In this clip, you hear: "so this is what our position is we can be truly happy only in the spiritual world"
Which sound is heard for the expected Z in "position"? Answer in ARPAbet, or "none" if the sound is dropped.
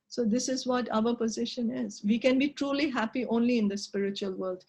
Z